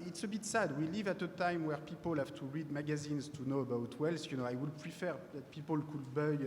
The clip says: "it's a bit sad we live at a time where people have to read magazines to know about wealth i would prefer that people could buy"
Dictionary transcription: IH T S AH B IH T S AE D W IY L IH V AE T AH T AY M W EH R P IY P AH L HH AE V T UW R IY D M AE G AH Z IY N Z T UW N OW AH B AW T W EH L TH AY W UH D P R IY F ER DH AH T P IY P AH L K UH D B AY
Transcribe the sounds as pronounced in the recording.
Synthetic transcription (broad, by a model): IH T S AH B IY T S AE D W IY L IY V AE T AH T AY M W EH R P IY P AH L HH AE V T UW R IY D M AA G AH Z IY N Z T UW N OW AH B AW T W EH L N AY W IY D P R IY F ER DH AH T P IY P AH L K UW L B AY